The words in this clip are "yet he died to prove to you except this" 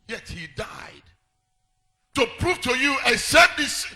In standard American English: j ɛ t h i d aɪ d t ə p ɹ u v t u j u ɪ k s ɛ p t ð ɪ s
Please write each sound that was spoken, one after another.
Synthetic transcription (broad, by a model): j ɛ t h i d aɪ d t ə p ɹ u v t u j u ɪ s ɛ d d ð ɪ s